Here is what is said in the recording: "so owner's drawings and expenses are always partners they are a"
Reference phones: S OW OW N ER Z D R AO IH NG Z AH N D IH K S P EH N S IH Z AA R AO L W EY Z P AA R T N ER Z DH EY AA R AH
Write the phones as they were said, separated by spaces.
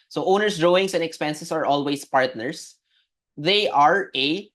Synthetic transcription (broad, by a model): S OW OW N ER S D R AO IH NG S AH N D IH K S P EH N S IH S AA R AO L W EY S P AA R T N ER S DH EY AA R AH